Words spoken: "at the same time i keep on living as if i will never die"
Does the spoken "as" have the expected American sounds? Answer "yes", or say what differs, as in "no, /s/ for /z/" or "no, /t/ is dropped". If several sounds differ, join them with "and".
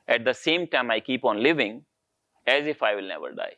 yes